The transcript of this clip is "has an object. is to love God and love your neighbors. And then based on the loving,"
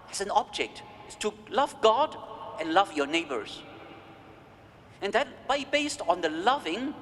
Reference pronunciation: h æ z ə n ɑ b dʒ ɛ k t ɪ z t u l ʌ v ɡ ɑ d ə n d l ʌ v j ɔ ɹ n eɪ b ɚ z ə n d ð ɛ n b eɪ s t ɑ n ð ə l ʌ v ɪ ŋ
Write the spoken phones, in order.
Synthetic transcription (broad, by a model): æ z ə n ɑ b dʒ ɛ k t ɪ s t u l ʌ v ɡ ɑ d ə n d l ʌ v j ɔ n eɪ b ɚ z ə n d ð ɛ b b eɪ s t ɑ n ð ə l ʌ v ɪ ŋ